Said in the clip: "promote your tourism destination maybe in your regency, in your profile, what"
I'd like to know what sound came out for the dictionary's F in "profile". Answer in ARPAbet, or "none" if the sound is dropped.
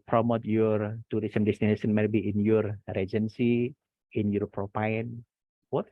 P